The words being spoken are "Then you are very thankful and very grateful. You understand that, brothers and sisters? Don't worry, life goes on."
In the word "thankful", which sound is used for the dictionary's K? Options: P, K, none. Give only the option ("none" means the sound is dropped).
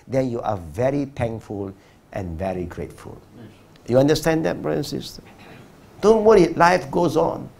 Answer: none